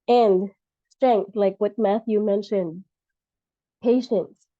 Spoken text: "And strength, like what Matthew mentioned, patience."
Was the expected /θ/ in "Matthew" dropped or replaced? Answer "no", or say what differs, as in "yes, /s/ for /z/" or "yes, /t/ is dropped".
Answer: no